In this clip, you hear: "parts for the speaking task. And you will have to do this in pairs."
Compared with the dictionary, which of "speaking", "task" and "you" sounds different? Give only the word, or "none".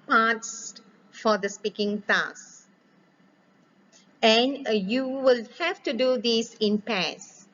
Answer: task